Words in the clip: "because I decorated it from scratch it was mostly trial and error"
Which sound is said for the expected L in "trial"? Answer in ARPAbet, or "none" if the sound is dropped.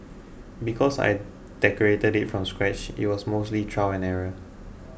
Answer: W